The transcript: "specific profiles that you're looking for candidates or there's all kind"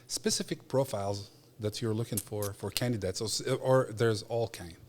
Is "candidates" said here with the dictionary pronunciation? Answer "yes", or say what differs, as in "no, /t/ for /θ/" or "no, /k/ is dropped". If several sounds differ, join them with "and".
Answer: yes